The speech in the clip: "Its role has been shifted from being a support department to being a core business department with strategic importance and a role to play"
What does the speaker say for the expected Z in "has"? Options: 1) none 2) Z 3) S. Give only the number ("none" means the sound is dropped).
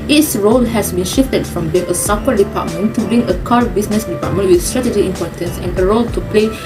3